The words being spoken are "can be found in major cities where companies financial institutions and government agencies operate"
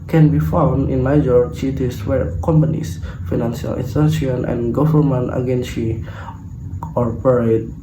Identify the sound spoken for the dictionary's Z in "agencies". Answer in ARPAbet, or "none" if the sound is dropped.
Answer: none